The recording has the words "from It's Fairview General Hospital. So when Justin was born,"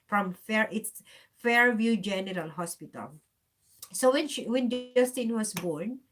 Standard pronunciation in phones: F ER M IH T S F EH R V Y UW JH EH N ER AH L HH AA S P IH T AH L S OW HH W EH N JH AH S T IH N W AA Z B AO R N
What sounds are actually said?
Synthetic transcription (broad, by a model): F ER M IH T S F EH R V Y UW JH EH N ER AH L HH AA S P IH T AH L S OW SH W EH N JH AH S T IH N W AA S B AO R N